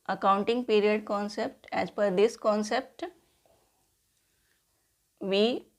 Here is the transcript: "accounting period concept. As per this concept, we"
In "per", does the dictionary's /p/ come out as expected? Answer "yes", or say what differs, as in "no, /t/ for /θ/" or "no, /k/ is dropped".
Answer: no, /f/ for /p/